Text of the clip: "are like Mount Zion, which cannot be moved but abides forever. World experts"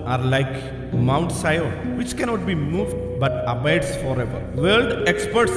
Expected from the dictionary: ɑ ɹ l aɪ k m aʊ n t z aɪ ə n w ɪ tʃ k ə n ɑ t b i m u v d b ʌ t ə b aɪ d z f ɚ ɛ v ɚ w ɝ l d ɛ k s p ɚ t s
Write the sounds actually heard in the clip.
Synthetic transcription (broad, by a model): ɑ ɹ l aɪ k m aʊ n t s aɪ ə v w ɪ tʃ k ə n ɑ t b i m u v d b ʌ t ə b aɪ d s f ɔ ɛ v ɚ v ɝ l d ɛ k s p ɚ t s